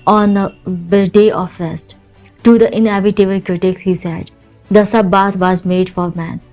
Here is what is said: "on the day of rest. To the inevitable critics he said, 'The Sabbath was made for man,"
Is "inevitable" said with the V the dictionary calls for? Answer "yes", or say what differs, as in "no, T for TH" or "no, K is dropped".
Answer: no, B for V